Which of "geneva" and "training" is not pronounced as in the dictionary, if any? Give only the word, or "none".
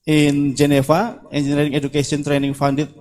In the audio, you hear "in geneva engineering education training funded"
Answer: geneva